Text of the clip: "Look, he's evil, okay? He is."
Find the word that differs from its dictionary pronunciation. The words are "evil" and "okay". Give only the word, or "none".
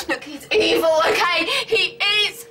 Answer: none